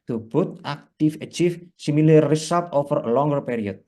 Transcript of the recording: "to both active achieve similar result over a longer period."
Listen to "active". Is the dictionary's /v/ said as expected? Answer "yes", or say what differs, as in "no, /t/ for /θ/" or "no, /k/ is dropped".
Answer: no, /f/ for /v/